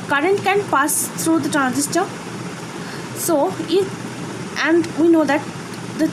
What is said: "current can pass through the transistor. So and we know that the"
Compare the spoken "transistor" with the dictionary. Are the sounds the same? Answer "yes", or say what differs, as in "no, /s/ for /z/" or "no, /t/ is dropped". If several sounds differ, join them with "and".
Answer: yes